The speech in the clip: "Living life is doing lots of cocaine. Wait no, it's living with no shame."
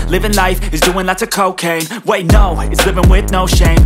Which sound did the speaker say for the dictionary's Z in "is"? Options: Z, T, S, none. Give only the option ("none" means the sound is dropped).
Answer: Z